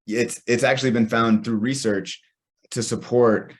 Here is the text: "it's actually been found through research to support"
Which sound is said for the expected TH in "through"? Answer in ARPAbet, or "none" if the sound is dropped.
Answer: TH